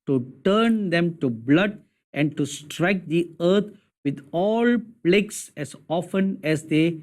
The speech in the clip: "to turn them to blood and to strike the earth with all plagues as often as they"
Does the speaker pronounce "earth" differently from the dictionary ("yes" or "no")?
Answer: yes